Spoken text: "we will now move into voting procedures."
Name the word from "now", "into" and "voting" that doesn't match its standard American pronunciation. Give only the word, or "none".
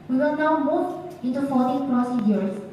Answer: voting